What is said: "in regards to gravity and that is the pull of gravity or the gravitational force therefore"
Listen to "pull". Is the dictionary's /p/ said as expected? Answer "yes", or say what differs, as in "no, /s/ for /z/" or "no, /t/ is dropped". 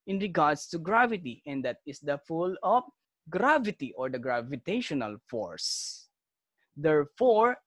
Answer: no, /f/ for /p/